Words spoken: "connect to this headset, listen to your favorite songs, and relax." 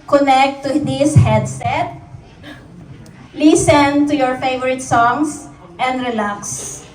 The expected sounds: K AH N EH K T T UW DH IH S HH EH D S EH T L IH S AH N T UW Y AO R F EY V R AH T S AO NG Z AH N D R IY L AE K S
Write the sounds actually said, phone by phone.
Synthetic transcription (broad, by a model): K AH N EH K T T UW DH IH S HH EH D S EH T L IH S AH N T UW Y AO R F EY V R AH T S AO NG S AH N D R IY L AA K S